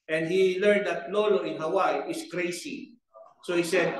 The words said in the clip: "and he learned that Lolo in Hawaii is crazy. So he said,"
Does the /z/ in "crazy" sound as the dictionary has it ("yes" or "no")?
no